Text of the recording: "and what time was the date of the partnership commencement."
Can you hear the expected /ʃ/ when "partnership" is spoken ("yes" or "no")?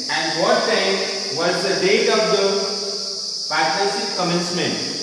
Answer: no